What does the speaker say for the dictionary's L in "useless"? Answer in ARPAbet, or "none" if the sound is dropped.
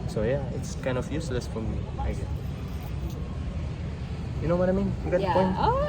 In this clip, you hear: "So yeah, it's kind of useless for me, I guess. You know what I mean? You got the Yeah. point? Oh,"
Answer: L